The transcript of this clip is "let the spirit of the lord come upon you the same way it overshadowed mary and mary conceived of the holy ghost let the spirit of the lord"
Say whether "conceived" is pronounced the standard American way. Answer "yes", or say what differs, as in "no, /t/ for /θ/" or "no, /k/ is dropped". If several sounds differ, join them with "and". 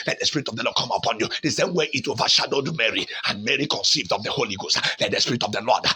yes